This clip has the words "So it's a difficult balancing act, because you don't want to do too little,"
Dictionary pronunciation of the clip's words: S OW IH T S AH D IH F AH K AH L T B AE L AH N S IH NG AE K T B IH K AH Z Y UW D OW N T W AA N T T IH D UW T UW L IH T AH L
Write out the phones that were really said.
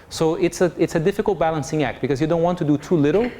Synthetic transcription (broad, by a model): S OW IH T S AH D IH F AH K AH L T B AE L AH N S IH NG AE K T B IH K AH Z Y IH D OW N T W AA N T T IH D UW T UW L IH T L